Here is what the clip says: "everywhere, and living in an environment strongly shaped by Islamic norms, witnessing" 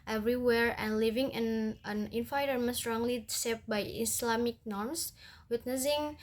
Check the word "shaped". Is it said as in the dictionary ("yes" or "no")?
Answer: no